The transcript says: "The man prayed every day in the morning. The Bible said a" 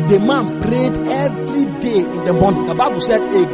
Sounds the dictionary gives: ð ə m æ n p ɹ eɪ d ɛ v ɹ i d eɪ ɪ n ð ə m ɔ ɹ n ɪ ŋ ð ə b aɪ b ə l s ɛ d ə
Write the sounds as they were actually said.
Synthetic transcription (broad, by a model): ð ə m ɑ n p ɹ eɪ d ɛ v ɹ i d eɪ ɪ n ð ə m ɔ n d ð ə b aɪ b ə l s ɛ d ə